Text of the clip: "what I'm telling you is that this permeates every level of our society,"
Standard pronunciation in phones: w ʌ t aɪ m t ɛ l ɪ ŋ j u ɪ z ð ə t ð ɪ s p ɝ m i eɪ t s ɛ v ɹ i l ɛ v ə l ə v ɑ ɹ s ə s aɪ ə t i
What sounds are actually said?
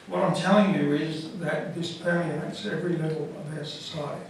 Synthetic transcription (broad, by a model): w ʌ t aɪ m t ɛ l ɪ ŋ j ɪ ɪ z ð ə t ð ɪ s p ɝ i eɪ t s ɛ v ɹ i l ɛ v l ə v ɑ s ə s aɪ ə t i